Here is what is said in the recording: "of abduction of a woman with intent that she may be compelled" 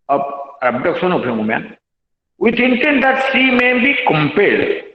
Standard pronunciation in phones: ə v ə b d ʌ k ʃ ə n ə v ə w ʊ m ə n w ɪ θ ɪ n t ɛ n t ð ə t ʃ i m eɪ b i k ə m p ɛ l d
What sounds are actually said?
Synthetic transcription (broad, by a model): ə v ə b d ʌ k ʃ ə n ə p ə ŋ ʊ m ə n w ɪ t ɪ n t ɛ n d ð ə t s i m eɪ b i k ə m p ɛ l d